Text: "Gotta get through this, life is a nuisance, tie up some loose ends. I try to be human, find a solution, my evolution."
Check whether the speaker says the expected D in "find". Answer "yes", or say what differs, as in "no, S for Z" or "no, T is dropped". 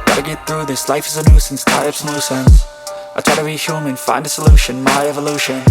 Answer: yes